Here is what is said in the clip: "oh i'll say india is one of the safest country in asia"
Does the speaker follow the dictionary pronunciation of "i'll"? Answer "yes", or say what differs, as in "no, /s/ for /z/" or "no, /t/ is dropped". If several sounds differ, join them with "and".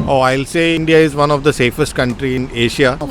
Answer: yes